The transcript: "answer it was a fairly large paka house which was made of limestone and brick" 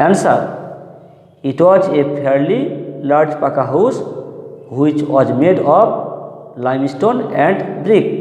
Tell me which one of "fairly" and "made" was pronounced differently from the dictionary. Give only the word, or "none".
fairly